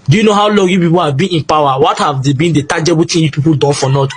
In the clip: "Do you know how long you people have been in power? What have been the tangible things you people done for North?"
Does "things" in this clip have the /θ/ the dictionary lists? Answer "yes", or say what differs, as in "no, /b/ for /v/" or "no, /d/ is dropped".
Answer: no, /t/ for /θ/